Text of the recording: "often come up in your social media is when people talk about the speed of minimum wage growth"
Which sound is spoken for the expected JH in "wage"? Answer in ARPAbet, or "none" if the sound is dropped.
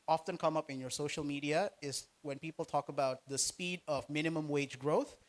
JH